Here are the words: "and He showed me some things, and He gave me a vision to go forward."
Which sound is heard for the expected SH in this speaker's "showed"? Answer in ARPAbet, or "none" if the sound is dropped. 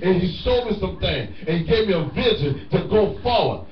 S